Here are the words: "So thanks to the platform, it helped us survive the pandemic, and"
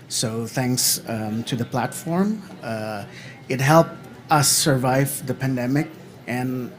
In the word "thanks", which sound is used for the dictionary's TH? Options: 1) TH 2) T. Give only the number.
1